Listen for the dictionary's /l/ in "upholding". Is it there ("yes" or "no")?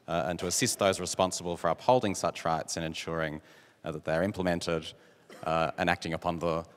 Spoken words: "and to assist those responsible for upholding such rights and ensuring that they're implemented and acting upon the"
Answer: yes